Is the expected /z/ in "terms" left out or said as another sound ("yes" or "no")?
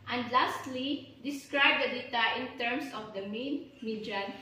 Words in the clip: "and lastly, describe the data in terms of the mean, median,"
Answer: yes